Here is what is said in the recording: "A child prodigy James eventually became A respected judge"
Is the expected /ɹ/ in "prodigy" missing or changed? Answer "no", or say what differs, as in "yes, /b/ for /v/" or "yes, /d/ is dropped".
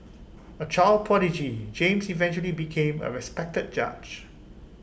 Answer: yes, /ɹ/ is dropped